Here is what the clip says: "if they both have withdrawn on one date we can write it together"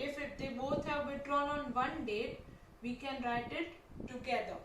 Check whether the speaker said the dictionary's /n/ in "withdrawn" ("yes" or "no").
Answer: no